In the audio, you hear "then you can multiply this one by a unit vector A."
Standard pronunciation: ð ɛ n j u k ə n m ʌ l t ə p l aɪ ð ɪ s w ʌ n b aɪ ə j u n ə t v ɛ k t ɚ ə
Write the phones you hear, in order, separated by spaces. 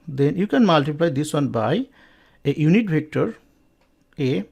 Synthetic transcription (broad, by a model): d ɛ n j u k ə n m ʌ l t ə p l aɪ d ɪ s w ʌ n b aɪ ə j u n ə t b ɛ k t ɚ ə